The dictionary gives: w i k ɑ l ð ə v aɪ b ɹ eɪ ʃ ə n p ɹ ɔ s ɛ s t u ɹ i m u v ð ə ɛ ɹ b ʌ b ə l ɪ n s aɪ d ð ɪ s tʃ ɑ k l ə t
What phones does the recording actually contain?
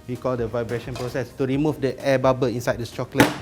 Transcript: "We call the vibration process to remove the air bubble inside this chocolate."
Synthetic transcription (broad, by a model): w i k ɑ l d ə v aɪ b ɹ eɪ ʃ ə n p ɹ ɔ s ɛ s t u ɹ i m u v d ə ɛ b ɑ b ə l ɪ n s aɪ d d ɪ s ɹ ɑ k l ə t